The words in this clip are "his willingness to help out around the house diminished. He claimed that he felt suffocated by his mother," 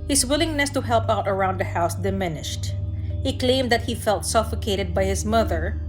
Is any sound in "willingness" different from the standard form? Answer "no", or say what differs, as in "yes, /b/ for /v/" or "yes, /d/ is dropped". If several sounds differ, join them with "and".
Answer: no